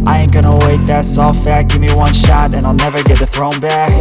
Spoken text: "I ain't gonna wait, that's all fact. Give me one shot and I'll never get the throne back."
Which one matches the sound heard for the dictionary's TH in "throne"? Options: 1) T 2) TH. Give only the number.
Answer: 2